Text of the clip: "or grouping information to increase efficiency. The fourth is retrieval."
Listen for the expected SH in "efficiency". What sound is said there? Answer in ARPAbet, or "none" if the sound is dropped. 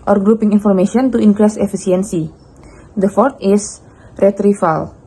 S